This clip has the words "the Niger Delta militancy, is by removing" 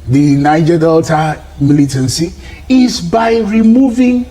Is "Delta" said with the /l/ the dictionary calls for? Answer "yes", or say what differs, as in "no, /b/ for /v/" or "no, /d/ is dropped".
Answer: yes